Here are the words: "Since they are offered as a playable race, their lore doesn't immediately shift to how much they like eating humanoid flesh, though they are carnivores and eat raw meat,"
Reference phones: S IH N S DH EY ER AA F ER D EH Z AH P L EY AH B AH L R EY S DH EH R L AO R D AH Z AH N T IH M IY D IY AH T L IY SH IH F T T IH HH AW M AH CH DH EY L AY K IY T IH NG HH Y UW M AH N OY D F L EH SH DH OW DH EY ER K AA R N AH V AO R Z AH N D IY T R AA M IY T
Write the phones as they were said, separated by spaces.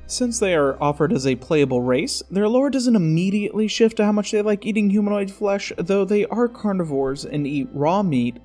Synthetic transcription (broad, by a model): S IH N S DH EY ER AA F ER D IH Z AH P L EY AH B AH L R EY S DH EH R L AO R D AH Z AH N T IH M IY D IY AH T L IY SH IH F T T IH HH AW M AH CH DH EY L AY K IY T IH NG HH Y UW M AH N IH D F L EH SH DH OW DH EY ER K AA R N AH V AO R Z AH N IY T R AA M IY T